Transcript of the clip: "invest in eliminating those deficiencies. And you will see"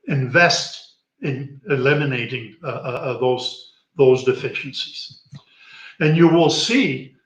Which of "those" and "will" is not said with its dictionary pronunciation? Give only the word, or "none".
none